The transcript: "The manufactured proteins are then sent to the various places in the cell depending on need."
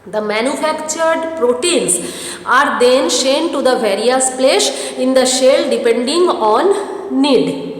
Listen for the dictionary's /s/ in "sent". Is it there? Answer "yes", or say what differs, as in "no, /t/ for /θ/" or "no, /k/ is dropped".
no, /ʃ/ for /s/